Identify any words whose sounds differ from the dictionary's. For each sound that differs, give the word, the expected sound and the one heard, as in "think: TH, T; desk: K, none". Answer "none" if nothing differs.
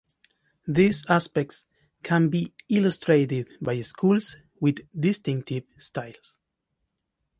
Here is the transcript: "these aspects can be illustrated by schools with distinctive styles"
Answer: styles: Z, S